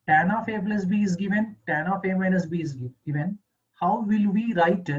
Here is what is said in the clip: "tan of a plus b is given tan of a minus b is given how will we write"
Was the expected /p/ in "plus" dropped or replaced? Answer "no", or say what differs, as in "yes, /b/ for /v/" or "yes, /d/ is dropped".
yes, /b/ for /p/